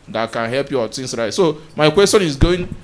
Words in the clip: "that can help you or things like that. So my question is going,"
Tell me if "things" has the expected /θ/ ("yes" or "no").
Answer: no